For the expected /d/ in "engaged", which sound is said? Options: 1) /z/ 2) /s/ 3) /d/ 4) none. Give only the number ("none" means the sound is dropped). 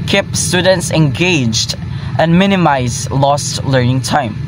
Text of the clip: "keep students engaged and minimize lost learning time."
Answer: 3